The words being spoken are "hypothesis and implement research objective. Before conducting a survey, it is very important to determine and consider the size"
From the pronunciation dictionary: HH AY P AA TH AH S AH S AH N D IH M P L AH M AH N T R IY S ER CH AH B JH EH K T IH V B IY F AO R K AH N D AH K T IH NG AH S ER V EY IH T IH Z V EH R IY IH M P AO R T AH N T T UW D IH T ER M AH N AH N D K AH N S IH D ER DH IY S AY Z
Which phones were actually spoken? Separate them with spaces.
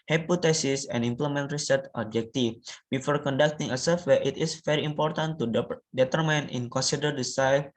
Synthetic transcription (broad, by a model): HH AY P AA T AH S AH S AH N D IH M P L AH M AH N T R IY S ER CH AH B JH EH K T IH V B IY F AO R K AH N D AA K T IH NG AH S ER W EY IH T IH S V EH R IY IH M P AO R T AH N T T UW D IH T ER M AH N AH N K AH N S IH D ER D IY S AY